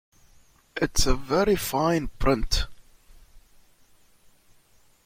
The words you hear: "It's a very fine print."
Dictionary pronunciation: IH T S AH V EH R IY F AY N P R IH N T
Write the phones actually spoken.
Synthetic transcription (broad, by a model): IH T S AH V EH R IY F AY N P R IH N T